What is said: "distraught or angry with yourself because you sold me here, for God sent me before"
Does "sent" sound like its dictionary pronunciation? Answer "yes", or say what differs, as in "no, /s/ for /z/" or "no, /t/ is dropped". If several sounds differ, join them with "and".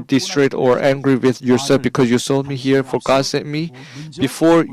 no, /n/ is dropped